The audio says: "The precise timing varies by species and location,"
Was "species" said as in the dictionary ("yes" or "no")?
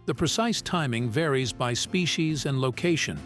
yes